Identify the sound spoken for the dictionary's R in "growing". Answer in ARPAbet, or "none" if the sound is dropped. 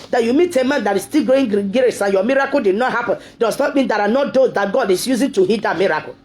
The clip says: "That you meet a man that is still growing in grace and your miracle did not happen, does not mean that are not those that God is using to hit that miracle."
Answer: none